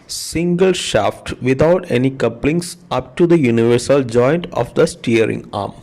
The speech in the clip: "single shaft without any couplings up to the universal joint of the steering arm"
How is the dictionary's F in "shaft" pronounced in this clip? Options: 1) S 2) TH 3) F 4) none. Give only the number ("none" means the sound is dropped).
3